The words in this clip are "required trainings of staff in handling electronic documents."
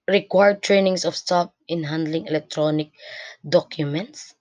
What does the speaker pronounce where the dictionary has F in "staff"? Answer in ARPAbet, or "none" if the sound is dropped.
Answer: P